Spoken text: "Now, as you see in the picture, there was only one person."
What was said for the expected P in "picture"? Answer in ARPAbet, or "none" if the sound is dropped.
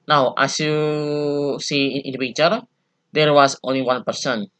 B